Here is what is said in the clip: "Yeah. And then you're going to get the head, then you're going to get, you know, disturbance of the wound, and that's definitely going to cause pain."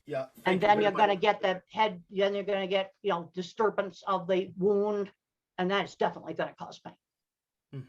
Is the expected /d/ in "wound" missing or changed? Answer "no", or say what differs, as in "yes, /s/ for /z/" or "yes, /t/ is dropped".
no